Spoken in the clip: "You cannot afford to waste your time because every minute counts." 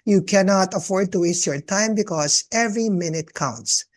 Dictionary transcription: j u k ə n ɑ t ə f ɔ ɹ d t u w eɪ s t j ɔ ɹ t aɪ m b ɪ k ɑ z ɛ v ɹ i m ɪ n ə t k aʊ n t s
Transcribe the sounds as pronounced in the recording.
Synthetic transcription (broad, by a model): j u k ə n ɑ t ə f ɔ ɹ d t u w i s j ɔ ɹ t aɪ m b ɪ k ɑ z ɛ v ɹ i m ɪ n ə t k aʊ n t s